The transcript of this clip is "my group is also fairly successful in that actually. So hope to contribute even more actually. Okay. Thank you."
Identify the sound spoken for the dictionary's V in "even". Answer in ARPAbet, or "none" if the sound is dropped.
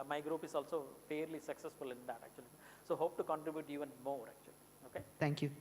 V